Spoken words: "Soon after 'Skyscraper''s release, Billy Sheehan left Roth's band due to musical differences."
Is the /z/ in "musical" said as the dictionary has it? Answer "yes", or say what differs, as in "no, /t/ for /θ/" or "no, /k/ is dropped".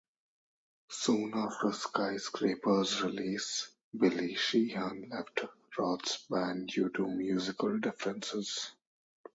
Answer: yes